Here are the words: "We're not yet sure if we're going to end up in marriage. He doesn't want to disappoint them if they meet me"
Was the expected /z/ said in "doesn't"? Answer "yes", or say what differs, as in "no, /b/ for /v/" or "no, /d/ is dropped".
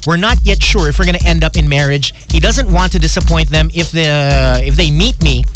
yes